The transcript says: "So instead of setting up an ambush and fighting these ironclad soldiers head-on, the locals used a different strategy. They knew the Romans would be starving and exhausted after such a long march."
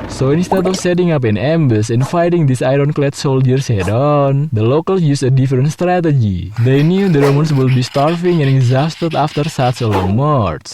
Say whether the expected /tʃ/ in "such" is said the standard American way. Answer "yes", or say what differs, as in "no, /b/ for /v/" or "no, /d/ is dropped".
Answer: no, /s/ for /tʃ/